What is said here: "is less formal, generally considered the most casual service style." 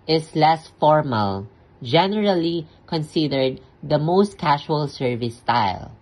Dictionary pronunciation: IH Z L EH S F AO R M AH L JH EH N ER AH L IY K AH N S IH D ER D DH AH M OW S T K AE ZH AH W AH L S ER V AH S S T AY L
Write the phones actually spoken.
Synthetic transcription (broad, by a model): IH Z L EH S F AO R M AH L JH EH N ER AH L IY K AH N S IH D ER D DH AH M OW S T K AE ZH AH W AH L S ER V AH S S T AY L